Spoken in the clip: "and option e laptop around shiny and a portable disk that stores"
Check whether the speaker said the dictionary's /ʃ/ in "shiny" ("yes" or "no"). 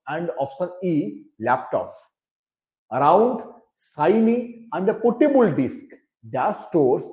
no